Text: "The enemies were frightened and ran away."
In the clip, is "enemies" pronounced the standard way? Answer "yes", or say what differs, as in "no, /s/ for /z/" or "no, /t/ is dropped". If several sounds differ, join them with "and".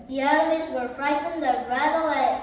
no, /l/ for /n/